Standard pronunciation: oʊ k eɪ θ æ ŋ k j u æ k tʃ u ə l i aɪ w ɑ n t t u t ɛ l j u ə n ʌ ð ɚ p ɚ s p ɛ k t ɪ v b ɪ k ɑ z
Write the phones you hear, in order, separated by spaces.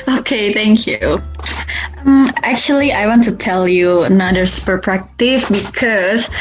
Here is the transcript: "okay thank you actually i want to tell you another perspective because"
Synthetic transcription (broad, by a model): oʊ k eɪ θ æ ŋ k j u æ k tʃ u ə l i aɪ w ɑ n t t u t ɛ l j u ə n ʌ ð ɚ p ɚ p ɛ k t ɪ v b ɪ k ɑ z